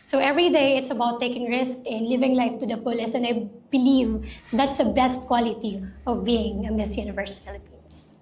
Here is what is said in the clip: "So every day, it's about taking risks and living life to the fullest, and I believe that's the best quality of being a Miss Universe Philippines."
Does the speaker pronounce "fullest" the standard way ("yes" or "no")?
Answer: no